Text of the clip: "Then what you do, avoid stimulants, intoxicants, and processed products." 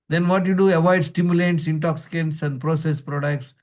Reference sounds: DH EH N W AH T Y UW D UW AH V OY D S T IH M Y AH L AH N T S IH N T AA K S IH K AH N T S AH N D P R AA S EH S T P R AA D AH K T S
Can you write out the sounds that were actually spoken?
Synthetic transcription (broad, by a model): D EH N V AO T Y UW D UW AH V OY D S T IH M Y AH L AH T S IH N T AA K S IH K AH N T S AH N D P R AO S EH S P R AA D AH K T S